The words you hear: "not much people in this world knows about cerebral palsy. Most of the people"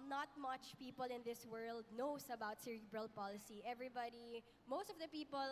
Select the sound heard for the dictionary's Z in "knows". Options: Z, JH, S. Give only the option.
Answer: S